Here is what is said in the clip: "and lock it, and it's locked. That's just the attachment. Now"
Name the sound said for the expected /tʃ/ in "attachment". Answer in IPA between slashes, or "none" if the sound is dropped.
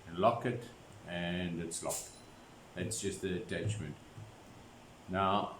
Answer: /tʃ/